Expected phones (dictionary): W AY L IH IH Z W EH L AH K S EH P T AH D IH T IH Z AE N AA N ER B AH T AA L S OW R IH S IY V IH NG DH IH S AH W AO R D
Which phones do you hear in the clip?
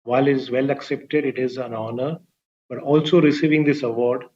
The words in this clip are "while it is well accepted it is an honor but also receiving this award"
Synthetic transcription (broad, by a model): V AY L IH IH Z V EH L AH K S EH P T AH D IH T IH Z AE N AA N ER B AH T AA L S OW R IH S IY V IH NG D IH S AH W AO R D